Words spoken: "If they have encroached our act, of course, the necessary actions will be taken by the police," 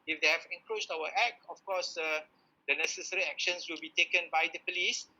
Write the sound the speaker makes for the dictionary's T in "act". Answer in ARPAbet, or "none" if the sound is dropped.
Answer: none